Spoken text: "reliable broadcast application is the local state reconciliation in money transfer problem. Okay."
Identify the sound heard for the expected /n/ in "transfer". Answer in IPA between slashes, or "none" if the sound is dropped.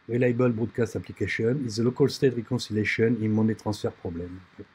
none